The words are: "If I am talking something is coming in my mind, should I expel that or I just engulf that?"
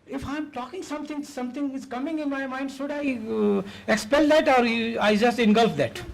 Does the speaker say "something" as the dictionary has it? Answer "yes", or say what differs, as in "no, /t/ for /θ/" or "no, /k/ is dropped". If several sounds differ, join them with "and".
no, /t/ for /θ/